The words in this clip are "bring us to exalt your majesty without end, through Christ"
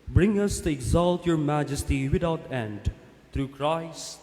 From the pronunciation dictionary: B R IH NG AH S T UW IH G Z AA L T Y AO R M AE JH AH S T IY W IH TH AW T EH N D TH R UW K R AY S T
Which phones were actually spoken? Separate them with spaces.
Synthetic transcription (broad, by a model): B R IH NG AH S T UW IH G Z AA L T Y AO R M AE JH AH S T IY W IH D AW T EH N D T R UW K R AY S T